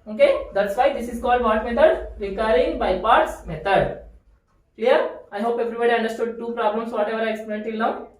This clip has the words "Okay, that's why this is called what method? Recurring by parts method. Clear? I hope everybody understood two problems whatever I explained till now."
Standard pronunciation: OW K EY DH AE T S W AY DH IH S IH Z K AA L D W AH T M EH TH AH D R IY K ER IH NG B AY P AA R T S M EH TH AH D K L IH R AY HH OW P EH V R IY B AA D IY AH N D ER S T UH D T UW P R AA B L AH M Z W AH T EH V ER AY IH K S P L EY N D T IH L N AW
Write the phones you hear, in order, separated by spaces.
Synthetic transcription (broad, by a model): OW K EY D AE T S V AY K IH S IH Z K AA L D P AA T M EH T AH D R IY K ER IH NG B AY P AA R T S M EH T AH D K L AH R AY HH OW P EH V R IY B AA D IY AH N D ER S T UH D T UW P R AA B L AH M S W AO T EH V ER AY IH K S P EY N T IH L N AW